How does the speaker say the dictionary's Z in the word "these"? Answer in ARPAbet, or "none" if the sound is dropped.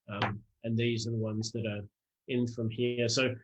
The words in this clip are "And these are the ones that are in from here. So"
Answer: Z